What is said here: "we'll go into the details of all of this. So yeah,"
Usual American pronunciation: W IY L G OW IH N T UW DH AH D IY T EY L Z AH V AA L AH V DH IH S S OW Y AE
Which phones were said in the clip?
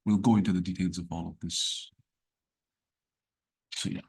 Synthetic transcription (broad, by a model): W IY L G OW IH N T UW DH AH D IY T EY L Z AH V AA L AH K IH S S OW Y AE